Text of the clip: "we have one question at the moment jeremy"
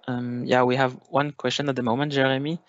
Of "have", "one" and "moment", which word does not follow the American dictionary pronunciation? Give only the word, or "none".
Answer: none